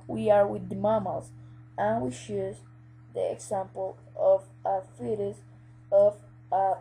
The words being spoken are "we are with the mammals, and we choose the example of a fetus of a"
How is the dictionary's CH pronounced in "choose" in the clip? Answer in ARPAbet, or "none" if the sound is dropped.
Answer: SH